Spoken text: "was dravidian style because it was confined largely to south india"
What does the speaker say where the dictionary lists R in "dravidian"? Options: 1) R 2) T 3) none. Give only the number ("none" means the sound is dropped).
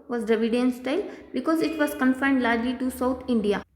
3